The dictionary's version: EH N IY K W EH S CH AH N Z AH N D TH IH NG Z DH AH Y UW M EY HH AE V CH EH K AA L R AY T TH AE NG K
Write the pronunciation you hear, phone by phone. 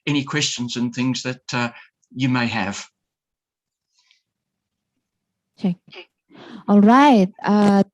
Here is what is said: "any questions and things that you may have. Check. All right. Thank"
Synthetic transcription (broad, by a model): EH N IY K W EH S CH AH N Z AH N TH IH NG Z DH AH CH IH M EY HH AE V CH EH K AA L R AY T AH